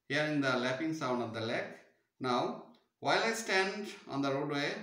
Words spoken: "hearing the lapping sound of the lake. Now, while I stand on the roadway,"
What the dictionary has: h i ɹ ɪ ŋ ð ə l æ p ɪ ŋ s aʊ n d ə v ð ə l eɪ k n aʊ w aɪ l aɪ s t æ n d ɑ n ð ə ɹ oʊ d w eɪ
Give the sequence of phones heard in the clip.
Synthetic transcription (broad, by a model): h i ɹ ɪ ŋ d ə l æ p ɪ ŋ s aʊ n d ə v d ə l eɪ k n aʊ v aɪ l aɪ s t æ n d ɑ n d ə ɹ oʊ d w eɪ